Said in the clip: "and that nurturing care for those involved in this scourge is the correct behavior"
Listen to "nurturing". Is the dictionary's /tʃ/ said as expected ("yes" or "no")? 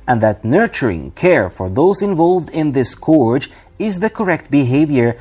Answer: yes